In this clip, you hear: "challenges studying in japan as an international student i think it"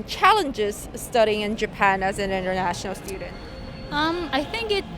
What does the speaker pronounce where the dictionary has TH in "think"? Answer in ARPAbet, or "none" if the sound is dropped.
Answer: TH